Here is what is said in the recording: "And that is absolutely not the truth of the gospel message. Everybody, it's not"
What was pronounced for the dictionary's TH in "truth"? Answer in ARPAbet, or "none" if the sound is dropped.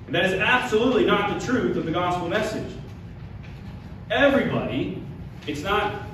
TH